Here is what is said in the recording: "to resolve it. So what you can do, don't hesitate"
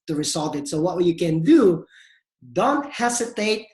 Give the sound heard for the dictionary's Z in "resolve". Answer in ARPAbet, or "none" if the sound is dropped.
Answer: S